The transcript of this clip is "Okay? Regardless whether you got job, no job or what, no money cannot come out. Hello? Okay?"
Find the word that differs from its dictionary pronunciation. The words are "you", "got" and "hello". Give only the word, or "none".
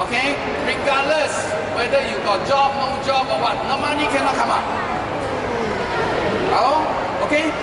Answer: hello